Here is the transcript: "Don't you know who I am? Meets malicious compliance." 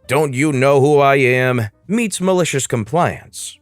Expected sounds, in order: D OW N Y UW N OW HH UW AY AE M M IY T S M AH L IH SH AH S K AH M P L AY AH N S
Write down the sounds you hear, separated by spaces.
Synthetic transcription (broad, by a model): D OW N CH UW N OW HH UW AY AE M M IY T S M AH L IH SH AH S K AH M P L AY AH N S